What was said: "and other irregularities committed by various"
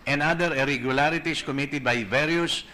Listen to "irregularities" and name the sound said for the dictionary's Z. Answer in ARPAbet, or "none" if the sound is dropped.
S